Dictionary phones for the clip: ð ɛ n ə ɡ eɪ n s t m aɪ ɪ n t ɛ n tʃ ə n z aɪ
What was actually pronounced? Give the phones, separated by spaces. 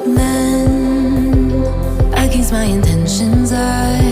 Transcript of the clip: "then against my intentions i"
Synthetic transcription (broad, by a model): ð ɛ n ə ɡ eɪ s m aɪ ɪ n t ɛ n ʃ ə n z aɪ